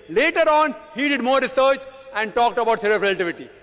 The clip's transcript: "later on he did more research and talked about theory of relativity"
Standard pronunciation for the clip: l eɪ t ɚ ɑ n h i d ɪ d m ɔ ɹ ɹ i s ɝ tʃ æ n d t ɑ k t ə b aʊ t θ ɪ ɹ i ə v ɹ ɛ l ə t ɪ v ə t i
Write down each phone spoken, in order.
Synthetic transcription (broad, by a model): l eɪ t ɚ ɑ n h i d ɪ d m ɔ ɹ ɹ i s ɝ tʃ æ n d t ɑ k t ə b aʊ t s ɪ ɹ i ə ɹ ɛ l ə t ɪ v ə t i